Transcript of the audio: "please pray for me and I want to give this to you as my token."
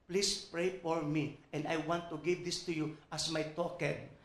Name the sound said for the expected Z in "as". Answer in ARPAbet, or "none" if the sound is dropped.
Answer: S